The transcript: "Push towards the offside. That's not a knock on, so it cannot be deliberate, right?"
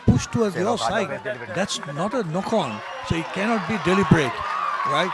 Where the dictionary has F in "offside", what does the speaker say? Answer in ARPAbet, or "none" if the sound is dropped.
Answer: none